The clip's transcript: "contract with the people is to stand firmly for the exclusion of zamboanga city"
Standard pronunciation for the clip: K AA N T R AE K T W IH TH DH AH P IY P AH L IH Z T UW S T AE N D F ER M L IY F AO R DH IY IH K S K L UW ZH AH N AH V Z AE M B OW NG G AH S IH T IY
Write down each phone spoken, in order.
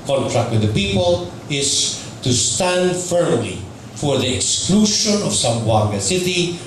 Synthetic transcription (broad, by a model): K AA N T R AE K T W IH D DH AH P IY P AH L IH S T UW S T AE N D F ER M L IY F AO R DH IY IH K S K L UW SH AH N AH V S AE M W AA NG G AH S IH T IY